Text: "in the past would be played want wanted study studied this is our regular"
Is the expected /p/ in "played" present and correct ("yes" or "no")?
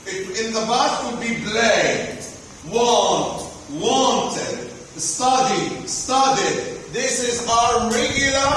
no